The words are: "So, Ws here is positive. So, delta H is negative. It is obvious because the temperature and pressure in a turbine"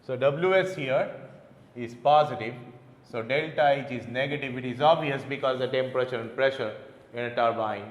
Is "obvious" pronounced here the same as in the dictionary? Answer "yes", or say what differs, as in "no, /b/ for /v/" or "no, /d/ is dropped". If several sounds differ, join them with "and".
no, /v/ is dropped